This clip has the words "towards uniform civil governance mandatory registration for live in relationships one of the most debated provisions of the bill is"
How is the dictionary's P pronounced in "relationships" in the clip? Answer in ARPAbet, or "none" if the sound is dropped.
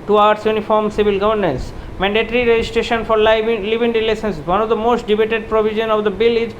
none